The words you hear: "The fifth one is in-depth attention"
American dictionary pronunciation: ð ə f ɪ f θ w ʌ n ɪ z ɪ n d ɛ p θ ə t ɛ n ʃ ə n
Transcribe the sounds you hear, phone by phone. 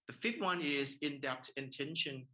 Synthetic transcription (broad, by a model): ð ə f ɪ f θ w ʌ n ɪ z ɪ n d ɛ p t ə t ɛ n ʃ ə n